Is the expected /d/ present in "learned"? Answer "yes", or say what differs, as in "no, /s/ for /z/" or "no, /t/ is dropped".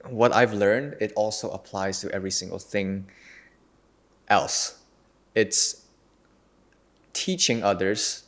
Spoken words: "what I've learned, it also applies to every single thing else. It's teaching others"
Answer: yes